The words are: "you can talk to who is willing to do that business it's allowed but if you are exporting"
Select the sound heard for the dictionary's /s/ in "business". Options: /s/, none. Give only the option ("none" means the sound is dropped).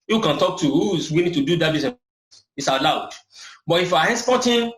none